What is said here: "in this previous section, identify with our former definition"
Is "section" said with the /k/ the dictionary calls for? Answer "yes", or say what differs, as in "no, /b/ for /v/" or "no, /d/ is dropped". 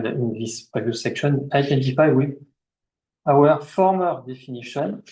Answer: yes